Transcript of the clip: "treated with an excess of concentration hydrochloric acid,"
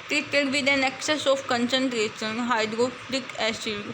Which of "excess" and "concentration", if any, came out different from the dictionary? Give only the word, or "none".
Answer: concentration